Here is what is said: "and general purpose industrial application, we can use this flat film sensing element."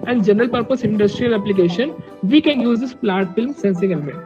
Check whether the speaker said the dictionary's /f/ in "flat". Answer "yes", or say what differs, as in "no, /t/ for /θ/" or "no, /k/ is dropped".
no, /p/ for /f/